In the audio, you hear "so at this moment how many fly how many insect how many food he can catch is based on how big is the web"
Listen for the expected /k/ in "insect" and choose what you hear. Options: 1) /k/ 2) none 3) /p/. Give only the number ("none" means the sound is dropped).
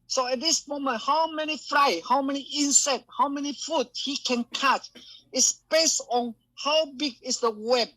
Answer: 2